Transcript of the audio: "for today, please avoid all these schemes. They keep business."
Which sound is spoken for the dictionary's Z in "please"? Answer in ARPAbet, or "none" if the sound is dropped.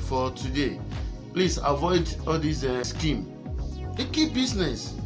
S